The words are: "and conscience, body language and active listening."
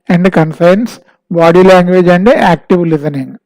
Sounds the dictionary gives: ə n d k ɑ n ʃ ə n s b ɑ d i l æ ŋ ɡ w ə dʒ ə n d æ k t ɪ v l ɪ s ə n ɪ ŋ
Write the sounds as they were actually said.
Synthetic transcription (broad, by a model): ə n d k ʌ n s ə n s b ɑ d i l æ ŋ ɡ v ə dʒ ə n d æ k t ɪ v l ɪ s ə n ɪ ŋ